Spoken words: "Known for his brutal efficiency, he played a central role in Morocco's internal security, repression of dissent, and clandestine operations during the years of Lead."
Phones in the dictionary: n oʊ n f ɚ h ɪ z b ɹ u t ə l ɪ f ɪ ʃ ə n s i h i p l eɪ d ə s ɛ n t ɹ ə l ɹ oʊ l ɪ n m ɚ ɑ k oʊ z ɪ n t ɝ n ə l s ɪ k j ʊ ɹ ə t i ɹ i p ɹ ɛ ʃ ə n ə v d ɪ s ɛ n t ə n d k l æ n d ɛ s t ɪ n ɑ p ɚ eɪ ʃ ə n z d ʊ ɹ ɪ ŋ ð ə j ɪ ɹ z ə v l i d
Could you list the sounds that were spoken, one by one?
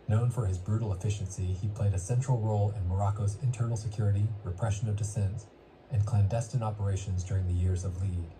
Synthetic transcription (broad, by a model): n oʊ n f ɚ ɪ z b ɹ u t l ɪ f ɪ ʃ ə n s i i p l eɪ d ə s ɛ n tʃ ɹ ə l ɹ oʊ l ɪ n m ɚ ɑ k oʊ z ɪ n t ɝ n l s ɪ k j ʊ ɹ ə t i ɹ i p ɹ ɛ ʃ ə n ə v d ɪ s ɛ n t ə n k l æ n d ɛ s t ɪ n ɑ p ɚ eɪ ʃ ə n z d ʊ ɹ ɪ ŋ ð ə j ɪ ɹ z ə v l i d